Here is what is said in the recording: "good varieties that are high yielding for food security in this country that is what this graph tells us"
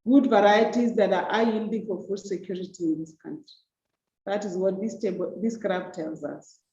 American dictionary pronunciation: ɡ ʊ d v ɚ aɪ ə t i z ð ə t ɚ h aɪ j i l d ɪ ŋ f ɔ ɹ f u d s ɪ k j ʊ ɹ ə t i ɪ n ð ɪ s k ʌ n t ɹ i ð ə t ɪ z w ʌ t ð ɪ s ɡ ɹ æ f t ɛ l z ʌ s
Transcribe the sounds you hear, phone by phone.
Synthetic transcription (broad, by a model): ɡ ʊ d v ɚ aɪ ə t i z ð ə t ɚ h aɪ j i l d ɪ ŋ f ɔ ɹ f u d s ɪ k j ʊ ɹ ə t i ɪ n ð ɪ s k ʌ n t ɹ i ð ə t ɪ z w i t ð ɪ s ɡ ɹ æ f t ɛ l z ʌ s